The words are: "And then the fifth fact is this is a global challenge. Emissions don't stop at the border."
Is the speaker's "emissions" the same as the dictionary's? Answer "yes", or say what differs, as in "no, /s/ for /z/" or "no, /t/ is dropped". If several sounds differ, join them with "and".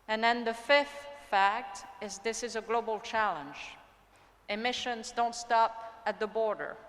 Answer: yes